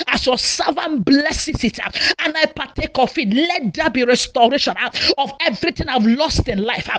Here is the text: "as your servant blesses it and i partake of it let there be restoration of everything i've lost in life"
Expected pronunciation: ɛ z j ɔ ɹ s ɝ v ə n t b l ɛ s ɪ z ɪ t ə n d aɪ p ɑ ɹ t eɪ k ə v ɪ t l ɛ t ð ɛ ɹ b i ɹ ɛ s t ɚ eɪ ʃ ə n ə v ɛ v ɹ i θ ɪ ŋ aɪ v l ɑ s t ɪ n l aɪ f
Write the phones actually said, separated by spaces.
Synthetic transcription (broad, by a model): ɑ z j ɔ s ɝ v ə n b l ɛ s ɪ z ɪ t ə n aɪ p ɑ t eɪ k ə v ɪ t l ɛ t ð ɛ b i ɹ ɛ s t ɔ eɪ ʃ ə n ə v ɛ v ɹ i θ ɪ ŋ aɪ v l ɑ s t ɪ n l aɪ f